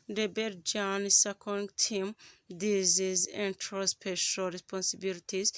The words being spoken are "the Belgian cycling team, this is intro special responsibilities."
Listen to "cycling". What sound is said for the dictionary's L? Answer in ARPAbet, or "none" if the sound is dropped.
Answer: none